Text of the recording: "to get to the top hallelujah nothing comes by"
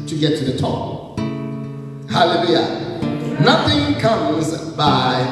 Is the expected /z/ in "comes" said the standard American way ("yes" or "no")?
yes